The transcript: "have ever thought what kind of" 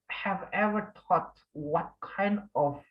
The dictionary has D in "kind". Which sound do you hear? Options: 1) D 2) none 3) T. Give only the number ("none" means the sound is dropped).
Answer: 1